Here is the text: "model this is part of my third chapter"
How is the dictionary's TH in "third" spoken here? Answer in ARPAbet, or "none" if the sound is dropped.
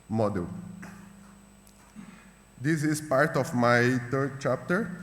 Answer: T